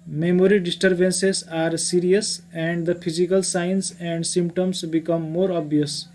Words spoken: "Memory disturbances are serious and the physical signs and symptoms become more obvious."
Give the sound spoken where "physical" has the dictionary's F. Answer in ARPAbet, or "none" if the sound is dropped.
P